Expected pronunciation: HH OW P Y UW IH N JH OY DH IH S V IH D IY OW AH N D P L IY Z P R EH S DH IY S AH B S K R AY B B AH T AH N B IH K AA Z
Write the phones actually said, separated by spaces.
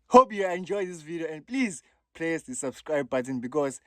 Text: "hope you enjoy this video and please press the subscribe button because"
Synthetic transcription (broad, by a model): HH OW P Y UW IH N JH OY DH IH S V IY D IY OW AH N D P L IY Z P L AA S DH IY S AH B S K R AY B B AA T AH N B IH K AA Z